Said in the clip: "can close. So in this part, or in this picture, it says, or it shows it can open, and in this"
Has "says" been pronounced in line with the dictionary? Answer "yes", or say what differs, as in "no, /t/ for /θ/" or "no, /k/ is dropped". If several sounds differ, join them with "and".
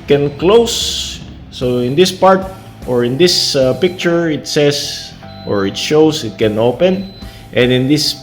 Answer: no, /s/ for /z/